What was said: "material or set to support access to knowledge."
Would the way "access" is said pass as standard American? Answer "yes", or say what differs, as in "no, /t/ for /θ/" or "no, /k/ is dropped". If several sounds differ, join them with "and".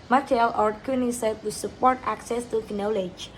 yes